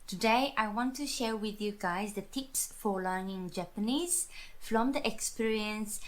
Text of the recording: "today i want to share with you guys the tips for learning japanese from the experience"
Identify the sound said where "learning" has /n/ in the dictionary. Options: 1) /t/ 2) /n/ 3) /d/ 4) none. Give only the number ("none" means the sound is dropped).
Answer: 2